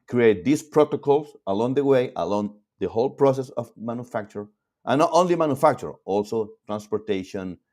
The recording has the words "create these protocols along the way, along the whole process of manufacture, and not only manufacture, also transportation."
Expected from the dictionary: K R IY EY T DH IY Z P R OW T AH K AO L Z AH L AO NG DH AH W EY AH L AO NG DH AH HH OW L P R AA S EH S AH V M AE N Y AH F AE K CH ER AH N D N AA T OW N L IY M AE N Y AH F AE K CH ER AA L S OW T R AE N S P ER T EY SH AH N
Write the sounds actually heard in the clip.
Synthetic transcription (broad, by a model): K R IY EY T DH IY S P R OW T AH K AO L S AH L AO NG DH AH W EY AH L AO NG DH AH HH OW L P R AA S EH S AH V M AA N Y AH F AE K CH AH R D N AA T OW N L IY M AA N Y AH F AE K CH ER AA L S OW T R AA N S P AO T EY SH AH N